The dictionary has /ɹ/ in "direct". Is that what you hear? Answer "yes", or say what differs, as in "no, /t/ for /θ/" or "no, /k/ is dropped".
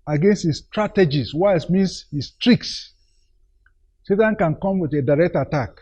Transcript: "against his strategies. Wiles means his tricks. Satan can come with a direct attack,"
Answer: yes